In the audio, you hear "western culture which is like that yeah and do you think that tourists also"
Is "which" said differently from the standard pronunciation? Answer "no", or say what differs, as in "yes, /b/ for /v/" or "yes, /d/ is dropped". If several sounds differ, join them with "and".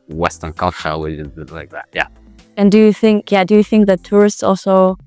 yes, /tʃ/ is dropped